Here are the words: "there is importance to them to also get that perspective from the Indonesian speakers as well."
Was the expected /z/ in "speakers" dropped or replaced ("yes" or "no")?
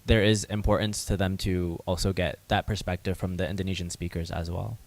no